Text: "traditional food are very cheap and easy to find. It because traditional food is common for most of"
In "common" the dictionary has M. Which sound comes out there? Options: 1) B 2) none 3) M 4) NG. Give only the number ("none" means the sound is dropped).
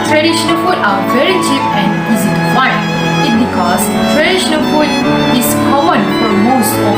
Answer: 2